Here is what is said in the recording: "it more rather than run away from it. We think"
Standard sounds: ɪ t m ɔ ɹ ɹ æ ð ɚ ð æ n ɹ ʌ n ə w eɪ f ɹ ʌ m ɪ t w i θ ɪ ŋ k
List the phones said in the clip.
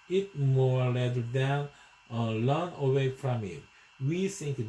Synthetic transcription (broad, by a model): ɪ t m ɔ ɹ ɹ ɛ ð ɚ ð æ n l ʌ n ə w eɪ f ɹ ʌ m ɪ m w i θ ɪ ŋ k